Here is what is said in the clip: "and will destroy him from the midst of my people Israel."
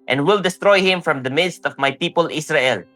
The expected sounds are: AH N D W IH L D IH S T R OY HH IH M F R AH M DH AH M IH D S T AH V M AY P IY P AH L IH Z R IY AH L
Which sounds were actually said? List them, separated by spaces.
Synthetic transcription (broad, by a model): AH N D W IH L D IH S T R OY HH IH M F R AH M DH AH M IH D S T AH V M AY P IY P AH L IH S R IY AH L